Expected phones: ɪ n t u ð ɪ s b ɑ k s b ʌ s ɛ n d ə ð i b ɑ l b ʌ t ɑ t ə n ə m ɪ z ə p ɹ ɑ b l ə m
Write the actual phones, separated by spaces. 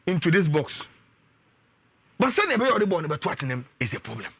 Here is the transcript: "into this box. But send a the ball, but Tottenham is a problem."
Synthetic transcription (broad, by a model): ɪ n t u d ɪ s b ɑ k s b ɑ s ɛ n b ə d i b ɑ n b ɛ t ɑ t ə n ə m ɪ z ə p ɹ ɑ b l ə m